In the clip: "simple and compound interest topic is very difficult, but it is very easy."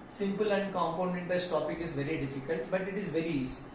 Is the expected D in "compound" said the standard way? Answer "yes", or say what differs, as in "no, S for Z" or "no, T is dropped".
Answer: no, D is dropped